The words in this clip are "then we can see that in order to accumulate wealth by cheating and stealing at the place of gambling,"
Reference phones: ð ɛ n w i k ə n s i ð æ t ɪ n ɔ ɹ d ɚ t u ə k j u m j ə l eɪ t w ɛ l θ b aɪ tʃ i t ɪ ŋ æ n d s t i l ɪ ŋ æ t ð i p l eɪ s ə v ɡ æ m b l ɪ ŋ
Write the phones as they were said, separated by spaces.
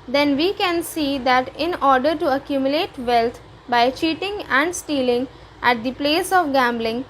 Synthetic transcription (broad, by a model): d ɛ n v i k ə n s i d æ t ɪ n ɔ ɹ d ɚ t u ə k j u m j ə l eɪ t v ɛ l t b aɪ tʃ i t ɪ ŋ æ n d s t i l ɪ ŋ æ t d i p l eɪ s ə v ɡ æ m b l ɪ ŋ